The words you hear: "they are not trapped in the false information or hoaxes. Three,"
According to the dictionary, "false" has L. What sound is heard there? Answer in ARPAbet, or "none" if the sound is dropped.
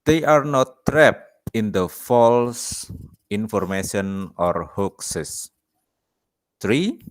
L